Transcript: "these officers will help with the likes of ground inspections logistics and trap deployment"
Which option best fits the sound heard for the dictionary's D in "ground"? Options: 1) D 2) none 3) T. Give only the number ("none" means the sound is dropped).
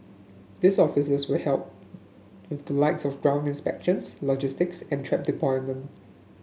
1